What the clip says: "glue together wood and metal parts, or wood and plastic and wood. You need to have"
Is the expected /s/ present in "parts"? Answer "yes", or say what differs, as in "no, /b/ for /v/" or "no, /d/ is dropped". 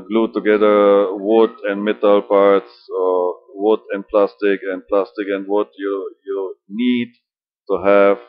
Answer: yes